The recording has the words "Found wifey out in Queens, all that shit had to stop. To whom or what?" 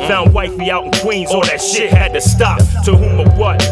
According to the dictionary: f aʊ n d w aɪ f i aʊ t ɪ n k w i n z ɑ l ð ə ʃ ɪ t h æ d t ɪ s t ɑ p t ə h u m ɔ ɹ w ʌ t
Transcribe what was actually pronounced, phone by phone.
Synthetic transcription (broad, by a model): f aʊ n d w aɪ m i aʊ t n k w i n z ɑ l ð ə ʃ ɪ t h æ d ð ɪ s t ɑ f t ə h u m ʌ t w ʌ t